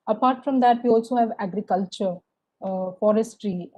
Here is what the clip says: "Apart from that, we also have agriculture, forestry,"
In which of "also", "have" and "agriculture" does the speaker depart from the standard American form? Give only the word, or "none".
none